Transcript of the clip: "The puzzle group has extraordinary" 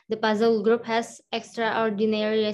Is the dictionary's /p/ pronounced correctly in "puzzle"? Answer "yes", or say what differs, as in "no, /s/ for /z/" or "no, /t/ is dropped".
yes